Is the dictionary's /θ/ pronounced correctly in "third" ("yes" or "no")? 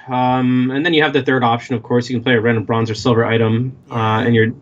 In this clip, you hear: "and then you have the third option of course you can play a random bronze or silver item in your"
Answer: yes